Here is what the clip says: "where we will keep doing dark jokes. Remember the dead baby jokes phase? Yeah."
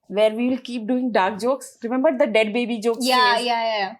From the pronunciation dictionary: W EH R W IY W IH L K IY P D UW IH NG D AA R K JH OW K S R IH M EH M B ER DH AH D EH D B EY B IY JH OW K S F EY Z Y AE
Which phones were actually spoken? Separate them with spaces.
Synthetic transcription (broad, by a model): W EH R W IY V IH L K IY P D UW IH NG D AA R K JH OW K S R IH M EH M B ER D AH D EH D B EY B IY JH OW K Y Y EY Y